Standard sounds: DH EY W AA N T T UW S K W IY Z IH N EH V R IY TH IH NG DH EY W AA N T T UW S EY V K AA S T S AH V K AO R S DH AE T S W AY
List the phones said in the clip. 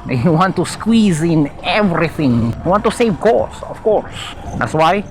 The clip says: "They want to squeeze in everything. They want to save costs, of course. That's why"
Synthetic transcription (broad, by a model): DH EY W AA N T T UW S K W IY Z IH N EH V R IY TH IH NG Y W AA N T T UW S EY V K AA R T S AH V K AO R S DH AE T S W AY